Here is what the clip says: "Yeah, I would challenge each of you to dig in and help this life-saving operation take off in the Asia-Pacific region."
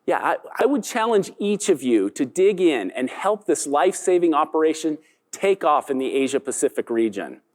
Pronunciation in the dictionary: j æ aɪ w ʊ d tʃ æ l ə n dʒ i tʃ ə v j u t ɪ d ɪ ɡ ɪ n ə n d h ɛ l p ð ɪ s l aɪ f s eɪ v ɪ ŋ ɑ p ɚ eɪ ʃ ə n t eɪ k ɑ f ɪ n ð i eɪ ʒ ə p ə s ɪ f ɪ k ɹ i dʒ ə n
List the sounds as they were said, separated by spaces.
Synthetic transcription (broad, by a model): j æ aɪ w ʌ d tʃ æ l ə n dʒ i tʃ ə v j u t ɪ d ɪ ɡ ɪ n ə n h ɛ l p ð ɪ s l aɪ f s eɪ v ɪ ŋ ɑ p ɚ eɪ ʃ ə n t eɪ k ɑ f ɪ n ð i eɪ ʒ ə p ə s ɪ f ɪ k ɹ i dʒ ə n